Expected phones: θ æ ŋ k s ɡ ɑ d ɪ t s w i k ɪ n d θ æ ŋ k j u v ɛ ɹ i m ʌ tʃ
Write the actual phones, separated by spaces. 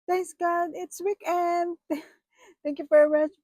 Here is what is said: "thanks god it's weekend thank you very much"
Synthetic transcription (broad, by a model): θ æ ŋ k s ɡ ɑ d ɪ t s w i k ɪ n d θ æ ŋ k j u f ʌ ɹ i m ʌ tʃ